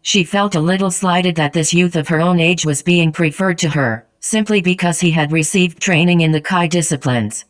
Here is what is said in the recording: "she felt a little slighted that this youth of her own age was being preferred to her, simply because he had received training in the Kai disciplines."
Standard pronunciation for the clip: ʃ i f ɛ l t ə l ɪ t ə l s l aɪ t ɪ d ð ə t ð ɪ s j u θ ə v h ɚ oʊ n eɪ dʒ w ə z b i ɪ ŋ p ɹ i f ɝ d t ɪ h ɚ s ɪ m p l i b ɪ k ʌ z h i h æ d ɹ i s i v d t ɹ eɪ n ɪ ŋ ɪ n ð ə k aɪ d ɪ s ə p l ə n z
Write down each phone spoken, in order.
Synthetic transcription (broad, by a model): ʃ i f ɛ l t ə l ɪ t l s l aɪ t ɪ d ð ə t ð ɪ s j u θ ə v ɚ oʊ n eɪ dʒ w ə z b i ɪ ŋ p ɹ i f ɝ d t ɪ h ɚ s ɪ m p l i b ɪ k ʌ z h i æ d ɹ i s i v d t ɹ eɪ n ɪ ŋ ɪ n ð ə k aɪ d ɪ s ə p l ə n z